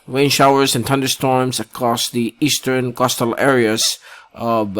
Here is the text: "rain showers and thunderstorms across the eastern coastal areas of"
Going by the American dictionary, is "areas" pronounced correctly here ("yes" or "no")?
yes